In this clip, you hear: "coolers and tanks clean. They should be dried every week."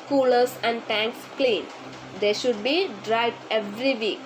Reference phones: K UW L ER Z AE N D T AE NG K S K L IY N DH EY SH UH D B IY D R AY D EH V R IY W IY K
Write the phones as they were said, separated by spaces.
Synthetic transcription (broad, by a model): K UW L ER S AE N D T AE NG K S K L IY N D EY SH UH D B IY D R AY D EH V R IY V IY K